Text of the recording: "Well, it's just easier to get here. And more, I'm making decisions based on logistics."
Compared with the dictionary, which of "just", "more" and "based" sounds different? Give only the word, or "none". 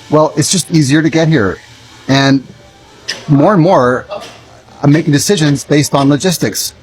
none